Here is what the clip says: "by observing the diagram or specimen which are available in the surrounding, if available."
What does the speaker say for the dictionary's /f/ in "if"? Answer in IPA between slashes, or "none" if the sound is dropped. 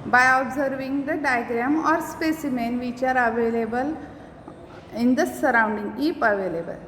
/p/